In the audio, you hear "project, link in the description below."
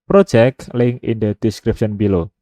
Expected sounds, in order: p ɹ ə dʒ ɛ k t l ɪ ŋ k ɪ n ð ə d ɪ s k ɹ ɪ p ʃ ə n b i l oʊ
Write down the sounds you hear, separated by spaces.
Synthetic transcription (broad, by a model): p ɹ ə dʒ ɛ k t l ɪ ŋ ɪ n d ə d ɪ s k ɹ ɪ p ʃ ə n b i l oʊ